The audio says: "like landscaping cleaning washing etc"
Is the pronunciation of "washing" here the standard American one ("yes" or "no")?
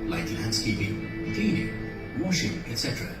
yes